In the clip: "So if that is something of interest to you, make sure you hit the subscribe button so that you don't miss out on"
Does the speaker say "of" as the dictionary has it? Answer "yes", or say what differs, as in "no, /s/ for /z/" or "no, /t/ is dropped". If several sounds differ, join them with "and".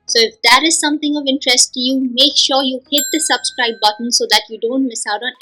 yes